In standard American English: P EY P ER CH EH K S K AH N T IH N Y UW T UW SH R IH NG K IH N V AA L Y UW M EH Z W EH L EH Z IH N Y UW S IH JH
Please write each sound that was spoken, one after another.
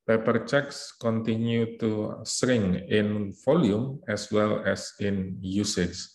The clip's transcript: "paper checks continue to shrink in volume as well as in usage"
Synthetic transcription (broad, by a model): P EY P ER CH EH K S K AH N T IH N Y UW T UW S R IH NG IH N F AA L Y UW M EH S W EH L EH S IH N Y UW S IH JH